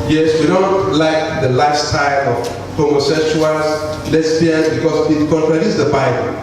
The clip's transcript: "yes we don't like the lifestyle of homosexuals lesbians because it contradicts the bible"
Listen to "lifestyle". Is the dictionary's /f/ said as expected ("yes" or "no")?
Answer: no